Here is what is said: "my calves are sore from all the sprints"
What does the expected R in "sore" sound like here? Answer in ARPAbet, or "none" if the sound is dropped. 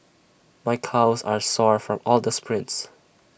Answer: R